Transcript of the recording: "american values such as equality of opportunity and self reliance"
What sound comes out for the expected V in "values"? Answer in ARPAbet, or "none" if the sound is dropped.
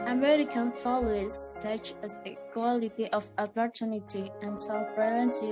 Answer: F